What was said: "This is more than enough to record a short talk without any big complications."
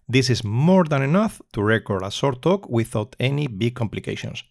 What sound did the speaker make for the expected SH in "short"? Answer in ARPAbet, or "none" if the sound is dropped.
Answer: S